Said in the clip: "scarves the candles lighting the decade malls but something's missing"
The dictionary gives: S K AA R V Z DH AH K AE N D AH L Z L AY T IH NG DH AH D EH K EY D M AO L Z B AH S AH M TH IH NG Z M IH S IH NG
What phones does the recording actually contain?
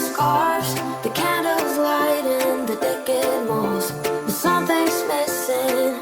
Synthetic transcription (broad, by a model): S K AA R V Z DH AH K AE N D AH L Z L AY T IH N DH AH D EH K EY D M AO Z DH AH S AH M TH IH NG S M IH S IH